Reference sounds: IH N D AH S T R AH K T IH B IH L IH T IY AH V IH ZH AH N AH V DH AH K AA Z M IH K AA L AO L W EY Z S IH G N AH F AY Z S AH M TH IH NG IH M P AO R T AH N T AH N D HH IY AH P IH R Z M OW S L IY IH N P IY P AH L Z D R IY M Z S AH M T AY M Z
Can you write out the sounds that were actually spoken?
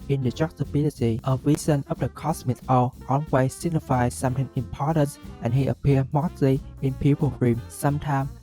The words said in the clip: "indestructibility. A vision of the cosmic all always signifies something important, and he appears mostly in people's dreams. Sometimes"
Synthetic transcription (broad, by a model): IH N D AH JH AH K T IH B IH L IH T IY AH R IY Z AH N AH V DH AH K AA S M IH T AA L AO N W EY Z S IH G N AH F AY S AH M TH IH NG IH M P AO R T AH N T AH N HH IY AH P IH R M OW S L IY IH N P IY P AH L R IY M S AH M T AY M